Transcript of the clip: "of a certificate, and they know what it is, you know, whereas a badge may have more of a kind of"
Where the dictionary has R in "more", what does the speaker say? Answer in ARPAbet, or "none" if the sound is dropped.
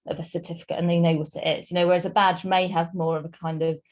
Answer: R